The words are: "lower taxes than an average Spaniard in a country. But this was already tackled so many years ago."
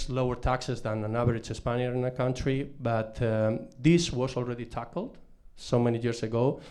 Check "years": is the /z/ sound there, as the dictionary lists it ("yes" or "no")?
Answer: no